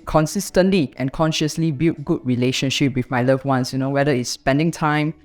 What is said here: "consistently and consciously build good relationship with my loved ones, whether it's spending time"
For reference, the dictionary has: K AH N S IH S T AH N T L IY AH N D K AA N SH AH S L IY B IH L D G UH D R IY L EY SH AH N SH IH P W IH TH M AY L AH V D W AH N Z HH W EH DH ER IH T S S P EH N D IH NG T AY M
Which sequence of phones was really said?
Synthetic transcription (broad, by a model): K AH N S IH S T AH N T L IY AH N K AA N SH AH S L IY B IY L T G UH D R IY L EY SH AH N SH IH P W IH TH M AY L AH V W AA N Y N W EH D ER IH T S S P EH N D IH NG T AY M